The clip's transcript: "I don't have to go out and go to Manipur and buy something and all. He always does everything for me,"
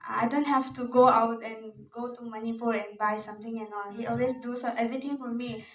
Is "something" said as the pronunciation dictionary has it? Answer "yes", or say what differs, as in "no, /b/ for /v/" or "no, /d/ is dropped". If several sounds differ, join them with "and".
no, /t/ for /θ/